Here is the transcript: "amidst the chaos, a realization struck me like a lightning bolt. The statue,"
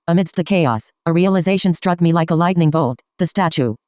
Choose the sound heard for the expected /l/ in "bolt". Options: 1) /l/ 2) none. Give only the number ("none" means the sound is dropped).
1